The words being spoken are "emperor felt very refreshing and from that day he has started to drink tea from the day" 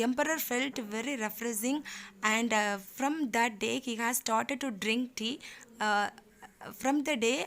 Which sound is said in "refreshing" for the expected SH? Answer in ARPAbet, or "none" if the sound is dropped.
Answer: S